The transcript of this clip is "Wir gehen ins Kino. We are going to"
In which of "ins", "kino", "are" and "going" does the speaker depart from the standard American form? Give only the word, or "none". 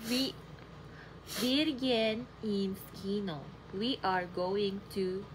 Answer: ins